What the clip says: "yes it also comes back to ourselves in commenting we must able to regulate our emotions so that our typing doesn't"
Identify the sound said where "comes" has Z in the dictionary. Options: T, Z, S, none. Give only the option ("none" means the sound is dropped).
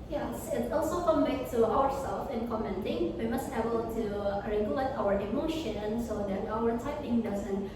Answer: none